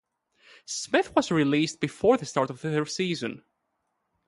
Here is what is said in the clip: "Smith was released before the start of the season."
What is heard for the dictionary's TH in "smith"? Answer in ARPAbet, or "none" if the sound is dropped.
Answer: TH